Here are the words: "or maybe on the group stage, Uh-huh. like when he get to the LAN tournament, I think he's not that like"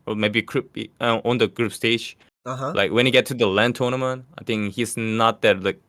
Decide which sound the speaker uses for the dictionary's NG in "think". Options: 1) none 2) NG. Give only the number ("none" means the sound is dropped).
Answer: 2